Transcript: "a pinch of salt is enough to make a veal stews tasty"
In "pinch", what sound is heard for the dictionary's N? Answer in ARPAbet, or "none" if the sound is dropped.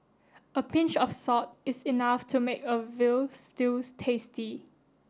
N